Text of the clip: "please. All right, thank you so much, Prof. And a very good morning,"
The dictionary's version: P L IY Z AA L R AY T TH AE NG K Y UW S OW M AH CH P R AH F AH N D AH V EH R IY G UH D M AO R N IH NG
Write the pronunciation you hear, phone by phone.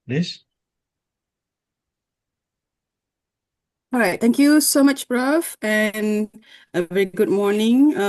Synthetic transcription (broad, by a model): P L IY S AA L R AY T T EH NG K Y UW S OW M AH CH B R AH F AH N AH V EH R IY G UH D M AO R N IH NG